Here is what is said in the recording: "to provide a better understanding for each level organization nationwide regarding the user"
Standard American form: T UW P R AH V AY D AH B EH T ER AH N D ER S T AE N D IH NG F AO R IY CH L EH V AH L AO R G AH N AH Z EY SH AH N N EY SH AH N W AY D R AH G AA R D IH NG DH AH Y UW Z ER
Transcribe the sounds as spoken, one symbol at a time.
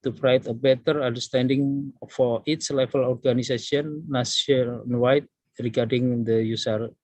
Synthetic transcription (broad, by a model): T UW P R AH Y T AH B EH T ER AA N D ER S T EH N D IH NG F AO R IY S L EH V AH L AO R G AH N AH S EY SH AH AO N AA S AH N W AY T R AH G AA R D IH NG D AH Y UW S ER